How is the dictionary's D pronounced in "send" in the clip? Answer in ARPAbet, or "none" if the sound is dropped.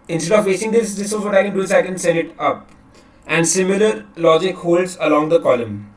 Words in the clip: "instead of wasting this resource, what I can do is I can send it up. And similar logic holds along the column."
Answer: none